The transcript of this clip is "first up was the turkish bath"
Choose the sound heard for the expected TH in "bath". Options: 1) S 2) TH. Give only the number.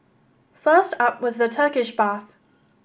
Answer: 2